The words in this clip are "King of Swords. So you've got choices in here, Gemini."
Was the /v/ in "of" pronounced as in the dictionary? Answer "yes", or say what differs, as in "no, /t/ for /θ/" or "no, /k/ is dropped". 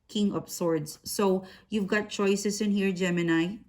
no, /p/ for /v/